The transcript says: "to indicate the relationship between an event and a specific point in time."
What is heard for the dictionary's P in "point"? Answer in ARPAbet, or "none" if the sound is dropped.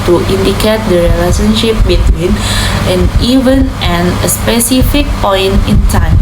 P